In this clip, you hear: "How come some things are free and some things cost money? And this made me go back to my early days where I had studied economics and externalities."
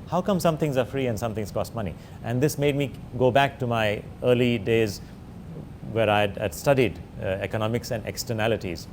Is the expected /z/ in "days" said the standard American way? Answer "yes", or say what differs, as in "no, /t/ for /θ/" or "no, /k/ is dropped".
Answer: yes